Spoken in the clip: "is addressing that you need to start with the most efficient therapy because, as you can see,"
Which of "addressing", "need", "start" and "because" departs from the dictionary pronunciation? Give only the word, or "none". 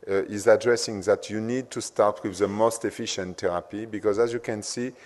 none